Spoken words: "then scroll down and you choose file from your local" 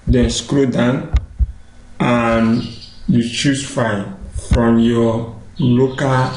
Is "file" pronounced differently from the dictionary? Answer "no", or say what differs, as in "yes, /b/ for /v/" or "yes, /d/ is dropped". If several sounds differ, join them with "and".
yes, /n/ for /l/